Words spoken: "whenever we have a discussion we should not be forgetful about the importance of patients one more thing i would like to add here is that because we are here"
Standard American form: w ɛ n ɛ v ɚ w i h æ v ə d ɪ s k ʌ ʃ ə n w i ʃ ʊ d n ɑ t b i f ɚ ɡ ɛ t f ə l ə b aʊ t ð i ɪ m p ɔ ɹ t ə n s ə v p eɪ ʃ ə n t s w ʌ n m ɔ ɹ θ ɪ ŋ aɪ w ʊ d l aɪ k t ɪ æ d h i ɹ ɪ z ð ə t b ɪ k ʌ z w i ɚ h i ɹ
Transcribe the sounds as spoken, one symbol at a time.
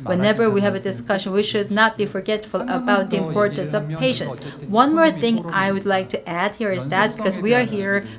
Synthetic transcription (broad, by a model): w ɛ n ɛ v ɚ w i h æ v ə d ɪ s k ʌ ʃ ə n w i ʃ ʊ d n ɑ t b i f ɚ ɡ ɛ t f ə l ə b aʊ t ð i ɪ m p ɔ ɹ t ə n s ə v p eɪ ʃ ə n t s w ʌ n m ɔ ɹ θ ɪ ŋ aɪ w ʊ d l aɪ k t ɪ æ d h i ɹ ɪ z ð ə t b ɪ k ʌ z w i ɚ h i ɹ